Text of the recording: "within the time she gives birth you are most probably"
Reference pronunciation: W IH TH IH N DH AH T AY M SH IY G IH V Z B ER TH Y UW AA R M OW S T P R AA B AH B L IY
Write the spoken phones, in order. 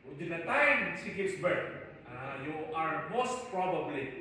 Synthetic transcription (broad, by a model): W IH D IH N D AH T AY M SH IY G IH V S B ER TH Y UW AA R M OW S T P R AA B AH B L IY